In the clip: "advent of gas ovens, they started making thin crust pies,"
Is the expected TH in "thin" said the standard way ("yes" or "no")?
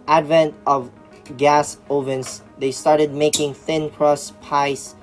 yes